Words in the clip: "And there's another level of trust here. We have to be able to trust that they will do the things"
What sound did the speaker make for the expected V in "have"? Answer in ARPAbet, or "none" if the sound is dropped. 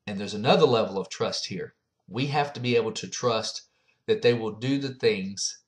F